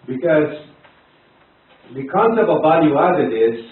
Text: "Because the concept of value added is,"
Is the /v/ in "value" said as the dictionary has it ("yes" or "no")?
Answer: no